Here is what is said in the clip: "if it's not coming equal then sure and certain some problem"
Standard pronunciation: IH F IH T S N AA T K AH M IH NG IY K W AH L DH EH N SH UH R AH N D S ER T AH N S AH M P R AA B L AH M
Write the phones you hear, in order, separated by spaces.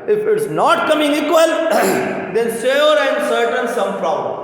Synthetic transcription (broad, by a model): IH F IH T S N AA T K AH M IH NG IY K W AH L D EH N S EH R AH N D S ER T AH N S AH M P R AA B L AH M